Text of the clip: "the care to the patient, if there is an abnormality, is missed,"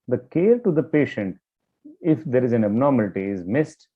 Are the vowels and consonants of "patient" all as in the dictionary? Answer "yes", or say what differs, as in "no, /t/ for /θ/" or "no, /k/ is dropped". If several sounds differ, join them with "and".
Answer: yes